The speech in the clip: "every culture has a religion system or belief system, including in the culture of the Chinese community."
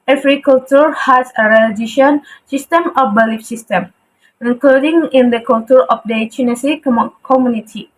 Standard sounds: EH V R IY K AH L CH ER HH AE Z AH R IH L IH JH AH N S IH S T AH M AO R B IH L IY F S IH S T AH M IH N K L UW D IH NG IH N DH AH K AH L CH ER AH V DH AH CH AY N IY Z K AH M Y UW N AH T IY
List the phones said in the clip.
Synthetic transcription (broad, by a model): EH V R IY K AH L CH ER HH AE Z AH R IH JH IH SH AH N S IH S T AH M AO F B IH L IY F S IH S T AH M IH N K L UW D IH NG IH N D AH K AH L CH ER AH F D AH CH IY N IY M K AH M Y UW N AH T IY